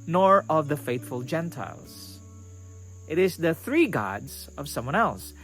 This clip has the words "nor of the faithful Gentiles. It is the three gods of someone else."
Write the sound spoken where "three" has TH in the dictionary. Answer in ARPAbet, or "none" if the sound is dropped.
TH